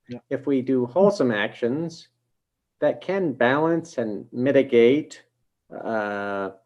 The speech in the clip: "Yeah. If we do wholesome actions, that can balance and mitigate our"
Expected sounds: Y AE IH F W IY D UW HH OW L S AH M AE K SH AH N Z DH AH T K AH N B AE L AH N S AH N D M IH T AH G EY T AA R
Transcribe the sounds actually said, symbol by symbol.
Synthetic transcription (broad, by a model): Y IH F W IY D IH HH OW L S AH M AE K SH AH N Z DH AH T K AH N B AE L AH N S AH N M IH T AH G EY T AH